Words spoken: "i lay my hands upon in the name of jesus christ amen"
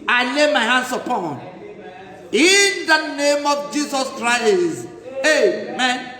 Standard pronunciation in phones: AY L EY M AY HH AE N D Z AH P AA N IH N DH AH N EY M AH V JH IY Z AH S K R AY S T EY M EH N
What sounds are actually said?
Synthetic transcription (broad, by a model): AY L EY M AY HH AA N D S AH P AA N IH N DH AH N EY M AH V JH IY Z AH S K R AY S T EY M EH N